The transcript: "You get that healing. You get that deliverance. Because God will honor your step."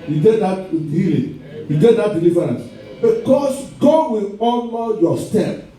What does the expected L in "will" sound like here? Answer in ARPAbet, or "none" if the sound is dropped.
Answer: L